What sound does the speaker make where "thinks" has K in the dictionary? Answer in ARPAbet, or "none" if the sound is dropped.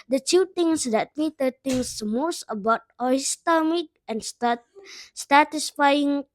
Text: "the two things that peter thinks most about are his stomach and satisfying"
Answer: none